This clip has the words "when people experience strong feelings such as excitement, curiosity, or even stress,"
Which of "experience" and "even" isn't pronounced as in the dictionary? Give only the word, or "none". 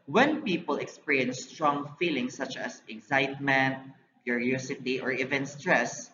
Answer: experience